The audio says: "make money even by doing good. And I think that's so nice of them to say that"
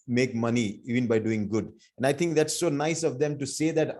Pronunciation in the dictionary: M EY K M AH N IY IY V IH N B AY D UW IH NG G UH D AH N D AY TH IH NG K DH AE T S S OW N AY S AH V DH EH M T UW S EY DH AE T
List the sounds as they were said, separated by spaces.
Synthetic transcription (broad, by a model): M EY K M AH N IY IY V IH N B AY D UW IH NG G UH D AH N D AY T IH NG K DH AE T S S OW N AY S AH V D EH M T UW S EY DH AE T